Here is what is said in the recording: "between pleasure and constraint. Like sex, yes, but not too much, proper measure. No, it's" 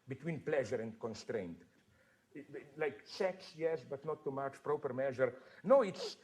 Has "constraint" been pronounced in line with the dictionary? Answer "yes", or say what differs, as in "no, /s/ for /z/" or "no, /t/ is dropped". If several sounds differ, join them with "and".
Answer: yes